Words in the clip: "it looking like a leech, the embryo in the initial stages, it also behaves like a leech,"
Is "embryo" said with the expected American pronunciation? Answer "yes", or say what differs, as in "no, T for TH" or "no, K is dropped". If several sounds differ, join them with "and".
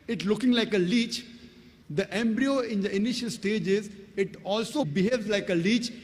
yes